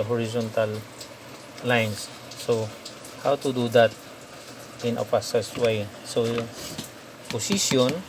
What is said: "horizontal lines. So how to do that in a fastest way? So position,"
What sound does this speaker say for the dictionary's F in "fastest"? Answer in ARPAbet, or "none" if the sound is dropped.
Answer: P